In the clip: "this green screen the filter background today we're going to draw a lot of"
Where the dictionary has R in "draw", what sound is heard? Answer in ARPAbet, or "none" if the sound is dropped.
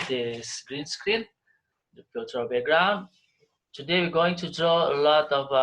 R